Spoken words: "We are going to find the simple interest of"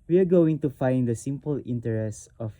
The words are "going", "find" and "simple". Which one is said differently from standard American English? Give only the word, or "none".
none